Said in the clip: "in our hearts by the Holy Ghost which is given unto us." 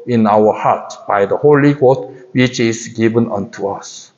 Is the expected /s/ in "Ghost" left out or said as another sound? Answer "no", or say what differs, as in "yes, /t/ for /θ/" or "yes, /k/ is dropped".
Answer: yes, /s/ is dropped